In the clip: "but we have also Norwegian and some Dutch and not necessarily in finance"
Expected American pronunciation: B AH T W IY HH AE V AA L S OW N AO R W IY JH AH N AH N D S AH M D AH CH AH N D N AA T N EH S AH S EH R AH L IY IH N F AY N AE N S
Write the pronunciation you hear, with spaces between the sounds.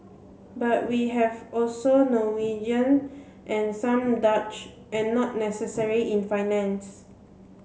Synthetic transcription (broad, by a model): B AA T W IY HH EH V AA L S OW N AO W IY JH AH N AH N S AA M D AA CH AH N N AA T N EH S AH S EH R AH IY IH N F AY N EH N S